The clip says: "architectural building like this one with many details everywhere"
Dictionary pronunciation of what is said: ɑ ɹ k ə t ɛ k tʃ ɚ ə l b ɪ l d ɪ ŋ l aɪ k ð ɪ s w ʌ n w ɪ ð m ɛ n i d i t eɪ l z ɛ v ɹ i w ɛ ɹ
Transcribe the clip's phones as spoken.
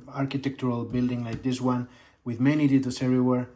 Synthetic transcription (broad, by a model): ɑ ɹ k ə t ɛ k tʃ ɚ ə l b ɪ l d ɪ ŋ l aɪ k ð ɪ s w ʌ n w ɪ ð m ɛ n i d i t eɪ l s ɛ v ɹ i w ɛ ɹ